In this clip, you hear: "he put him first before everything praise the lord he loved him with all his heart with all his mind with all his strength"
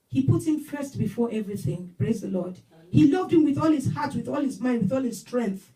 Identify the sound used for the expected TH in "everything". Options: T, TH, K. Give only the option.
TH